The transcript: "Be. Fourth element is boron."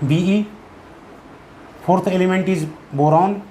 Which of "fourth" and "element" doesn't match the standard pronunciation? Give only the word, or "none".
fourth